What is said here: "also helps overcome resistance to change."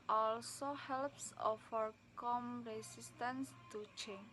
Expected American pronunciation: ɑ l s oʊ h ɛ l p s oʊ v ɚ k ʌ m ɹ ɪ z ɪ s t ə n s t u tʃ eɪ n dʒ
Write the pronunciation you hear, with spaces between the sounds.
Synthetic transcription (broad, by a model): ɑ l s oʊ h ɛ l p s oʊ f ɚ k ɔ m ɹ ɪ s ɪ s t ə n s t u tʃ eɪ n